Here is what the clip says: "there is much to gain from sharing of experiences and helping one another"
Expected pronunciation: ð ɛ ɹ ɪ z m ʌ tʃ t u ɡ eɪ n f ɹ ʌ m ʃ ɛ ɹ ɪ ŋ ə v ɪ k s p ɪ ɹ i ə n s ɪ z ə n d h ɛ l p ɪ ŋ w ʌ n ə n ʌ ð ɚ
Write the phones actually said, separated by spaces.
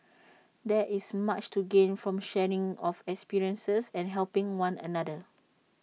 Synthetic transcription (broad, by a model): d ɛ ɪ s m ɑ tʃ t u ɡ eɪ n f ɹ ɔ m ʃ ɛ ɹ ɪ ŋ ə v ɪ k s p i ɹ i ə n s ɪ s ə n h ɛ l p ɪ ŋ w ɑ n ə n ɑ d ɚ